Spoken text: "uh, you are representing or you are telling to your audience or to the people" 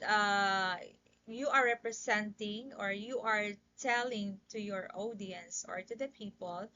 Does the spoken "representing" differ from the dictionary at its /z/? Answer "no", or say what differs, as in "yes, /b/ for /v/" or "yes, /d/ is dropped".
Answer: yes, /s/ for /z/